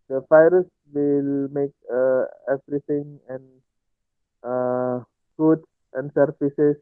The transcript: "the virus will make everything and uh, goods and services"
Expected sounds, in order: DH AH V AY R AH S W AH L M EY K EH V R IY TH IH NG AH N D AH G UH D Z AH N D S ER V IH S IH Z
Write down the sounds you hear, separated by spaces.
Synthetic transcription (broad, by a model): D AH F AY R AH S W AH L M EY K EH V R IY T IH NG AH N AH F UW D S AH N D S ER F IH S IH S